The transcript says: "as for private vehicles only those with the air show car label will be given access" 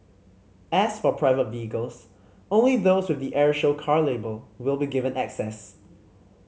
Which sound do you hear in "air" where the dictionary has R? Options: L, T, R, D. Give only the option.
R